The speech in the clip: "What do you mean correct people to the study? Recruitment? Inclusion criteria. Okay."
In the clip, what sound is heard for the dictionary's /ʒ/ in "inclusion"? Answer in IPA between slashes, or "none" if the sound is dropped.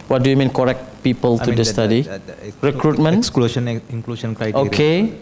/ʃ/